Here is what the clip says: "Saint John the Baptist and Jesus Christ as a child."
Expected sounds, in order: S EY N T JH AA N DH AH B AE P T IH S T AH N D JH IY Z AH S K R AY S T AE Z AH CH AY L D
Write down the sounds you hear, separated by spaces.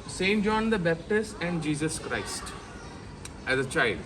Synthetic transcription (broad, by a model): S EY N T JH AA N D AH B AE P T IH S T AH N D JH IY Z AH S K R AY S T AE Z AH CH AY L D